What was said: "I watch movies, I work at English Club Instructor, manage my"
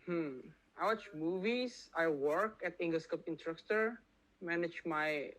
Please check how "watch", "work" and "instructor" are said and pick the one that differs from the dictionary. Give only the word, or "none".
instructor